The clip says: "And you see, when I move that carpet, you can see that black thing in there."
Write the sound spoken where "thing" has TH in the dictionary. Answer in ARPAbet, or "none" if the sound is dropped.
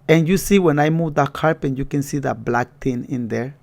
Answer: T